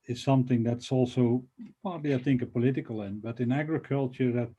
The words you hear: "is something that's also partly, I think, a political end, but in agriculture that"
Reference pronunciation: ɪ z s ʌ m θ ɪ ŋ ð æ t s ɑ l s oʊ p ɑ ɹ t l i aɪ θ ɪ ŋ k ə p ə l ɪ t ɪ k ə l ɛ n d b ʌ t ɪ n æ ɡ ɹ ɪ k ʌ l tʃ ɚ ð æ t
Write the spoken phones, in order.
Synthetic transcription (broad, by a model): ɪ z s ʌ m θ ɪ ŋ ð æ t s ɑ l s oʊ p ɑ ɹ t l i aɪ θ ɪ ŋ k ə p ə l ɪ t ɪ k ə l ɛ n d b ʌ t ɪ n æ ɡ ɹ ɪ k ʌ l tʃ ɚ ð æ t